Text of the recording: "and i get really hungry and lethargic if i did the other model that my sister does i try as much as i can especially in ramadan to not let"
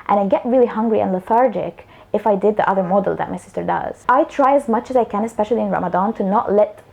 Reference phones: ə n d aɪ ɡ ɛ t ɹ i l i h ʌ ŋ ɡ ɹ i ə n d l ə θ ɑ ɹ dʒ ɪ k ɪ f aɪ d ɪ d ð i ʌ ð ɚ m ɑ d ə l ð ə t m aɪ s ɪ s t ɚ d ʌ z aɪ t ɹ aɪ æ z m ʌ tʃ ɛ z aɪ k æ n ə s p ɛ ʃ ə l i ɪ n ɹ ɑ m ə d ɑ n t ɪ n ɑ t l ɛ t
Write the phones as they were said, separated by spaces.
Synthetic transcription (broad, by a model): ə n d aɪ ɡ ɛ t ɹ i l i h ʌ ŋ ɡ ɹ i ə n l ə θ ɑ ɹ dʒ ɪ k ɪ f aɪ d ɪ d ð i ʌ ð ɚ m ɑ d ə l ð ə t m aɪ s ɪ s t ɚ d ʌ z aɪ t ɹ aɪ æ z m ʌ tʃ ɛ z aɪ k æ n ə s p ɛ ʃ ə l i ɪ n ɹ ɑ m ə d ɑ n t ɪ n ɑ t l ɛ t